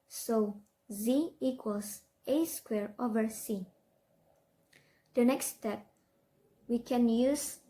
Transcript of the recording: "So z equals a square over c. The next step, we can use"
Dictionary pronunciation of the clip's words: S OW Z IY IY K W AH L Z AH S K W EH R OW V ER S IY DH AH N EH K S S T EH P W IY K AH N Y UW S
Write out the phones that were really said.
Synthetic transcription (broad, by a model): S OW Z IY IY K W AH L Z AH S K W EH R OW V ER S IY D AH N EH K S S T EH P W IY K AH N Y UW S